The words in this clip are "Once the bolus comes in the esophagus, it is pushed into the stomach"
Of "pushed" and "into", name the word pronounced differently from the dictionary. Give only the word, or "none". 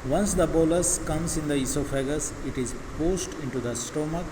pushed